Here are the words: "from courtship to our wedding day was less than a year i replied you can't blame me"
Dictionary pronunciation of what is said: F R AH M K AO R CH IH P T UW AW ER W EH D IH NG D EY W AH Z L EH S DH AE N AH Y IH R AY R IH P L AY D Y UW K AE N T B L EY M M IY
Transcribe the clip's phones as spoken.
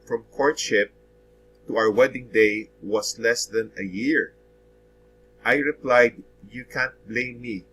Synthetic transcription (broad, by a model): F R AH M K AO R CH IH P T UW AW ER W EH D IH NG D EY W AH S L EH S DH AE N AH Y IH R AY R IH P L AY D Y UW K AE N T B L EY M M IY